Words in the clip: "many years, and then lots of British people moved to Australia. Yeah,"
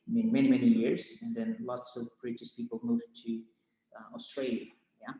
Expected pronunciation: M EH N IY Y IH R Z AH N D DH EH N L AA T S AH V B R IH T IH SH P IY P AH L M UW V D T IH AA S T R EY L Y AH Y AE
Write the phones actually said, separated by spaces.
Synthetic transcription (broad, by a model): M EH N IY Y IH R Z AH N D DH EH N L AA T S AH V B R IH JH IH S P IY P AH L M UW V T IH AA S T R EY L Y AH Y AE